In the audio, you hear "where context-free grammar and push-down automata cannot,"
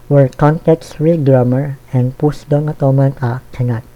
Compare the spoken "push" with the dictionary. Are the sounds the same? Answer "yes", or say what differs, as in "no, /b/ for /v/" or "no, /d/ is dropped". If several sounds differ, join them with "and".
no, /s/ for /ʃ/